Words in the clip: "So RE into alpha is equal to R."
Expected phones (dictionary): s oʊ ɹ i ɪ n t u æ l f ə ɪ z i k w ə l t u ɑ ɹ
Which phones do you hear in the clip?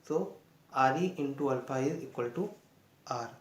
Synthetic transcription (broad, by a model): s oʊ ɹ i ɪ n t u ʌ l p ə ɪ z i k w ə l t u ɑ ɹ